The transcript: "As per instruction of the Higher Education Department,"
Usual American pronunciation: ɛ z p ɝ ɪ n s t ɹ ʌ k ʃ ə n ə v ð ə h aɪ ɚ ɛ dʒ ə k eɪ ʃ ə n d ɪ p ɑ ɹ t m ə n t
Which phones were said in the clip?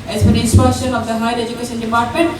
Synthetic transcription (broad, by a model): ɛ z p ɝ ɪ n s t ʌ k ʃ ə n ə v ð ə h aɪ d ɛ dʒ ə k eɪ ʃ ə n d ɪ p ɑ ɹ t m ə n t